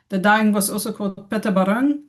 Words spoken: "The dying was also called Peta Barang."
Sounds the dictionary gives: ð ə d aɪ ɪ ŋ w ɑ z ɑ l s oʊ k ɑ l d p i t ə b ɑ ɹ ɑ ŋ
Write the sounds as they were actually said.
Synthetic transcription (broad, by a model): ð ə d aɪ ɪ ŋ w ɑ s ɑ s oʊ k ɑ l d p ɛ t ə b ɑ ɹ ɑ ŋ